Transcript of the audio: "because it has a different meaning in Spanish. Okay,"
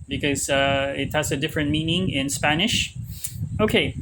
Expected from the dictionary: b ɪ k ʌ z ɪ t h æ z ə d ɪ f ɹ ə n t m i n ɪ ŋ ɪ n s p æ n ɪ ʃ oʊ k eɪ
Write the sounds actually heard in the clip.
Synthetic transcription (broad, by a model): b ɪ k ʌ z ɪ t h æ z ə d ɪ f ɹ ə n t m i n ɪ ŋ ɪ n s p æ n ɪ ʃ oʊ k eɪ